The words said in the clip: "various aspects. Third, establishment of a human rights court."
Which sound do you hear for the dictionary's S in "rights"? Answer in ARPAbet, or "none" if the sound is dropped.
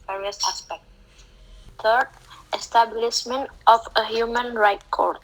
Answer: none